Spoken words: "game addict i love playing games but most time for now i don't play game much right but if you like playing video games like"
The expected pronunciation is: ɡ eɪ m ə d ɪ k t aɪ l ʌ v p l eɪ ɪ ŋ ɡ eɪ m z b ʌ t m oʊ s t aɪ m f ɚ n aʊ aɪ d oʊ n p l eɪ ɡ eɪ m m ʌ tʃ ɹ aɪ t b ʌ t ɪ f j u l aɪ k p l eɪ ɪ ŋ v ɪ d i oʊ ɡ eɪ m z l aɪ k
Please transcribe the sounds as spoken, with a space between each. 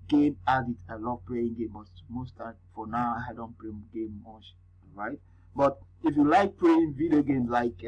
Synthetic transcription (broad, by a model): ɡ eɪ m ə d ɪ t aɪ l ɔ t p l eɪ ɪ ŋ ɡ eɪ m b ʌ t m oʊ s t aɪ f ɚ n aʊ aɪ d oʊ n p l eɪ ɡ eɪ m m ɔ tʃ ɹ aɪ t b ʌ t ɪ f j u l aɪ k p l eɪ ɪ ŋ v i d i oʊ ɡ eɪ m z l aɪ k